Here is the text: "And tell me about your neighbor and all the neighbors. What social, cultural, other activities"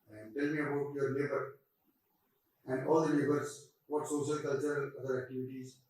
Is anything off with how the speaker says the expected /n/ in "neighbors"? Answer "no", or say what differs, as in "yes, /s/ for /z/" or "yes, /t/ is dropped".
yes, /l/ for /n/